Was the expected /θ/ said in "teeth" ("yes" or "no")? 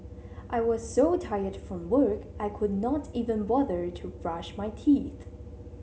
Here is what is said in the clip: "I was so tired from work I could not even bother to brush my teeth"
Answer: yes